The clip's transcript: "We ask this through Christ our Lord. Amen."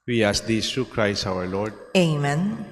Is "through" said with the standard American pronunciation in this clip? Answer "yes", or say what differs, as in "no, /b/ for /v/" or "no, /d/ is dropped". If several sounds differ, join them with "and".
no, /t/ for /θ/